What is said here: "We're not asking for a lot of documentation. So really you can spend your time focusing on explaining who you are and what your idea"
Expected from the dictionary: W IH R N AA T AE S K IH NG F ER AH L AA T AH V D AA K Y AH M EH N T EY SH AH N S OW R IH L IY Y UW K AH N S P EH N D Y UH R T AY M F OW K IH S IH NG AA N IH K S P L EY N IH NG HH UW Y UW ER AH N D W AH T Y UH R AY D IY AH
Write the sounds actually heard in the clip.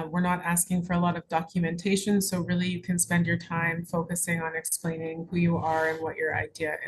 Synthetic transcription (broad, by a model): W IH R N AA T AE S K IH NG F ER AH L AA T AH V D AA K Y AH M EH N T EY SH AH N S OW R IH L IY Y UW K AH N S P EH N D Y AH R T AY M F OW K IH S IH NG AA N IH K S P L EY N IH NG HH UW Y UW ER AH N W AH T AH R AY D IY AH